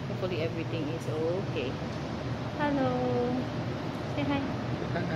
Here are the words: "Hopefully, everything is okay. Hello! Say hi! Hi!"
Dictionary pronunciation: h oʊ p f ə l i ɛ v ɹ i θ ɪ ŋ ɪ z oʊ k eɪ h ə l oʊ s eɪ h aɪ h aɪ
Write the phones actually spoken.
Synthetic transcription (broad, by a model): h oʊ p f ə l i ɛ v ɹ i t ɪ ŋ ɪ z oʊ k eɪ h ə l oʊ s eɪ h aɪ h aɪ